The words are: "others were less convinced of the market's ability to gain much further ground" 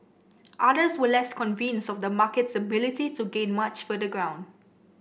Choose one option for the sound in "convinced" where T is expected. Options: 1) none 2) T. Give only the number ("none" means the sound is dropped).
1